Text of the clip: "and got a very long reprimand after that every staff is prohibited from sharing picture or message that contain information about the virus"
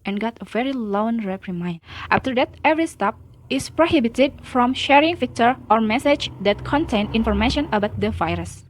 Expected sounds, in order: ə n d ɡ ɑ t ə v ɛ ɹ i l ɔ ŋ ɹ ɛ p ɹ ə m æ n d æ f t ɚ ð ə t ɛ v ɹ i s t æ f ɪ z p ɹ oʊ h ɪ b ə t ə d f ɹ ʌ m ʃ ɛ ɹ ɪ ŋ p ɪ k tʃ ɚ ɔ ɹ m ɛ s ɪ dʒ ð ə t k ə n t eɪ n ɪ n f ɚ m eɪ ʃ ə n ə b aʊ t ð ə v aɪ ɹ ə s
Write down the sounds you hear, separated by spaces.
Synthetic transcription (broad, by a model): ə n ɡ ɑ t ə v ɛ ɹ i l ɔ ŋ ɹ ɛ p ɹ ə m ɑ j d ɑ f t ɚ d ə t ɛ v ɹ i s t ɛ p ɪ s p ɹ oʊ h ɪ b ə t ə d f ɹ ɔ m ʃ ɛ ɹ ɪ ŋ f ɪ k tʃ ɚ ɔ ɹ m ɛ s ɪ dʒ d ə t k ə n t eɪ n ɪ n f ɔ m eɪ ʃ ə n ə b aʊ t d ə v aɪ ɹ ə s